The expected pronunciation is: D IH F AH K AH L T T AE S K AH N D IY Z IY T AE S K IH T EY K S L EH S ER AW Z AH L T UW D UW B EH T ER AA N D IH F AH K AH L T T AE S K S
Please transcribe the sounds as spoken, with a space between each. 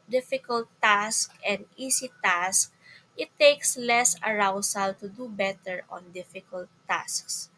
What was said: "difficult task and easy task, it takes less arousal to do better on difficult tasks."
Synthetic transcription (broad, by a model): D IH F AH K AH L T T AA S K AH N D IY S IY T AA S K IH T EY K S L EH S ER AW S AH L T UW D UW B EH T ER AA N D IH F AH K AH L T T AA S K S